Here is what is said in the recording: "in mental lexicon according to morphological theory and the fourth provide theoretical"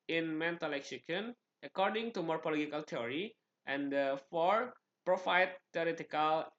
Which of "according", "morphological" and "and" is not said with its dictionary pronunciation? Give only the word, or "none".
morphological